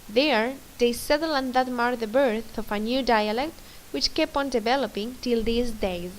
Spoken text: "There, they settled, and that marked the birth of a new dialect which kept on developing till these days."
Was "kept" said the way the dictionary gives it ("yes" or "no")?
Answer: no